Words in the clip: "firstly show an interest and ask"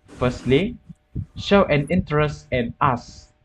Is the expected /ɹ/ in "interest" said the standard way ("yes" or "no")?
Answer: yes